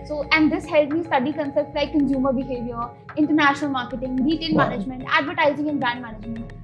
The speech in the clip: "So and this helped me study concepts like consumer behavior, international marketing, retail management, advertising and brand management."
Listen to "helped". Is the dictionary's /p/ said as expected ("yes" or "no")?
no